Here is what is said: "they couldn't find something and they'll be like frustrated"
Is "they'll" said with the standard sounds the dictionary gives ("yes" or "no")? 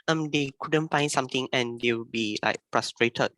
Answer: no